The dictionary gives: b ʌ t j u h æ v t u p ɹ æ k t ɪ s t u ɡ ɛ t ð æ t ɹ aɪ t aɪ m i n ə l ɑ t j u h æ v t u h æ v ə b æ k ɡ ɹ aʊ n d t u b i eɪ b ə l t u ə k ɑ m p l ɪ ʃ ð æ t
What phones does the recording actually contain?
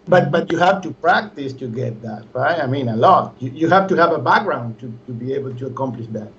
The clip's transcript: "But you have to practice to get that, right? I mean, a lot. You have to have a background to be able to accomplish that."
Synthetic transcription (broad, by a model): b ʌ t j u h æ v t u p ɹ æ k t ɪ s t u ɡ ɛ t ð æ t ɹ aɪ t aɪ m i n ə l ɑ t j u h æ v t u h æ v ə b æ k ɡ ɹ aʊ n d t u b i eɪ b ə l t u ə k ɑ m p l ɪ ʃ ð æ t